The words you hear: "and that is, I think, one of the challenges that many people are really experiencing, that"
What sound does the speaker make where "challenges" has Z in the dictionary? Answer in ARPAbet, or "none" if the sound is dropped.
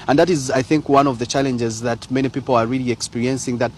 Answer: Z